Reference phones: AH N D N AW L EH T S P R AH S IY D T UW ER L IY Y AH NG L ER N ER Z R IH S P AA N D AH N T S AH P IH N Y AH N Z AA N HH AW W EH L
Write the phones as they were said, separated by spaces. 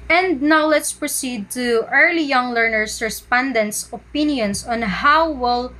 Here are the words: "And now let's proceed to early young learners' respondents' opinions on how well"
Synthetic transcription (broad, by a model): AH N D N AW L EH T S P R AH S IY D T UW ER L IY Y AH NG L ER N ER S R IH S P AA N D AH N T S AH P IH N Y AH N S AA N HH AW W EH L